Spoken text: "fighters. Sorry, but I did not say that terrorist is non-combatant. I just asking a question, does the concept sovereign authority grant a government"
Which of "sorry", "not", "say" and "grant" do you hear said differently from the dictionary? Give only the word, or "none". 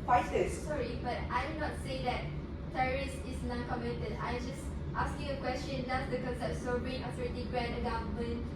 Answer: grant